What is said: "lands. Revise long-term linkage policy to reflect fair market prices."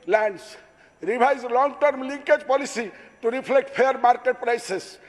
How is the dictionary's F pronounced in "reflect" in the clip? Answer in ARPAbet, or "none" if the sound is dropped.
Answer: P